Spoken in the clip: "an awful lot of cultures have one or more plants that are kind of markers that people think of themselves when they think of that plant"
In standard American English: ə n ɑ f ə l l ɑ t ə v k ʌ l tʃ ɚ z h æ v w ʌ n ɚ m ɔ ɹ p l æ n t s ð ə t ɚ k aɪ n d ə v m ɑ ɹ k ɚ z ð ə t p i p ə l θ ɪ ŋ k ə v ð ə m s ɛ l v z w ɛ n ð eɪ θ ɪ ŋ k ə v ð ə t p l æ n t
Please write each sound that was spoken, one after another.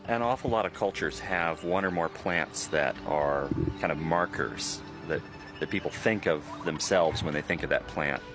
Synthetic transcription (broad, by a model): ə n ɑ f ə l l ɑ t ə v k ʌ l tʃ ɚ z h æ v w ʌ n ɚ m ɔ ɹ p l æ n t s ð ə t ɚ k aɪ n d ə v m ɑ ɹ k ɚ z ð ə t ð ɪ p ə l θ ɪ ŋ k ə v ð ə m s ɛ l v z w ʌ n ð eɪ θ ɪ ŋ k ə v ð ə t p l æ n t